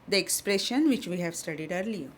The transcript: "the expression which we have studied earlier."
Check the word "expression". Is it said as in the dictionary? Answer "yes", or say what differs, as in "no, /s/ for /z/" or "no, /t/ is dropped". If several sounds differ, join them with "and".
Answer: yes